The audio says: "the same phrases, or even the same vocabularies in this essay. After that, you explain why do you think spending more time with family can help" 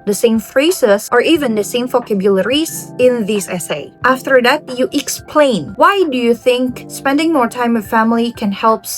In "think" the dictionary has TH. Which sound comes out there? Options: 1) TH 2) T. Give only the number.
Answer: 1